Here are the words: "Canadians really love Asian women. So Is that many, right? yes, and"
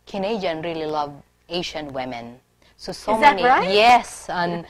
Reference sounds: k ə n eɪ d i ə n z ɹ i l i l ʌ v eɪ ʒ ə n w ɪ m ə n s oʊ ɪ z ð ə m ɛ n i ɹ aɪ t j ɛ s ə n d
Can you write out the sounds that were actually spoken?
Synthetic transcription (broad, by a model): k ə n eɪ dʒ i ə n ɹ i l i l ʌ v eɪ ʃ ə n w ɪ m ə n s oʊ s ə m ɛ n i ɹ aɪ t j ɛ s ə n